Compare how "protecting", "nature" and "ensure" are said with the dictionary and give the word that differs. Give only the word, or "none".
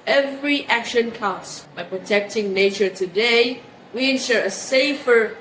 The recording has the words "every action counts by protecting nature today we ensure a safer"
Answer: none